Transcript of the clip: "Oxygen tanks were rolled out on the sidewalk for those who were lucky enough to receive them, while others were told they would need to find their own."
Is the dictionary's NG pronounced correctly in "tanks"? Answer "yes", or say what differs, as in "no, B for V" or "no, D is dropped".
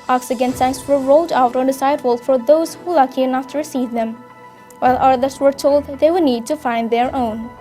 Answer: no, NG is dropped